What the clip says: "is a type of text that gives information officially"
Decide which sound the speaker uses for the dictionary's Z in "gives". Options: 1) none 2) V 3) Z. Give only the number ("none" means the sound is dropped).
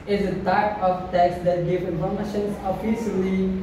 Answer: 1